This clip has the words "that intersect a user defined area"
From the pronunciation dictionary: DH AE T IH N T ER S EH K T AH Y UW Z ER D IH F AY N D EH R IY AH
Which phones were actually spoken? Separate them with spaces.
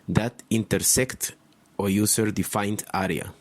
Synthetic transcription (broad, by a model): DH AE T IH N T ER S EH K T AH Y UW S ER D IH F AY N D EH R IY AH